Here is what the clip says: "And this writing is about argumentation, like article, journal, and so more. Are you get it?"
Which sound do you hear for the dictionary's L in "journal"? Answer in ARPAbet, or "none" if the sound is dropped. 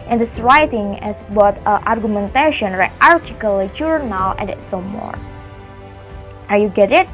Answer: W